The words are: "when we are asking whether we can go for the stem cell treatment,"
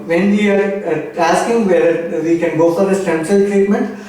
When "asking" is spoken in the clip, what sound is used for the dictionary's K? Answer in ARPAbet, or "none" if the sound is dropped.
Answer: K